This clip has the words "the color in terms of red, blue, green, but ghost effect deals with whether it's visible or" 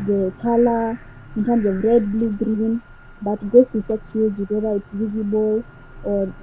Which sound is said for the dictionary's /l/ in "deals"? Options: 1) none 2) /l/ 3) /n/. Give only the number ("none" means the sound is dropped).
1